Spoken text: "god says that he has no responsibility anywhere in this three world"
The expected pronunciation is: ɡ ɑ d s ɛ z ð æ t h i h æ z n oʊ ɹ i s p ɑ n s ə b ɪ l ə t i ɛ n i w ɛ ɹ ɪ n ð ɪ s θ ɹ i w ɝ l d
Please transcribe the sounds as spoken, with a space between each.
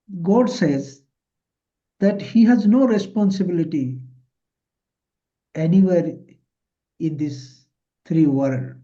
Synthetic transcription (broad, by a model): ɡ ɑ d s ɛ z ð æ t h i h æ z n oʊ ɹ i s p ɑ n s ə b ɪ l ə t i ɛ n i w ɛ ɹ ɪ n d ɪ s t ɹ i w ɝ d